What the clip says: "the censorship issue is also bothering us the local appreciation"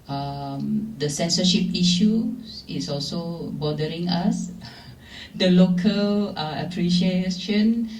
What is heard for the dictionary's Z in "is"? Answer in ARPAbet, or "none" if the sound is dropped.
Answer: S